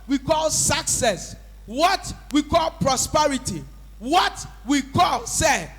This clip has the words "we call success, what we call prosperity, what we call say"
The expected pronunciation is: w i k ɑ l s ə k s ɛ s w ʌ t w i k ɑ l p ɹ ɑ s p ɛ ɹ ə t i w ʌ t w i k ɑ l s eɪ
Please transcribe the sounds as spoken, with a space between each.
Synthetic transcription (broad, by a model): w i k ɑ l s ə k s ɛ s w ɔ t w i k ɑ l p ɹ ɑ s p ɛ ɹ ə t i w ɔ t w i k ɑ l s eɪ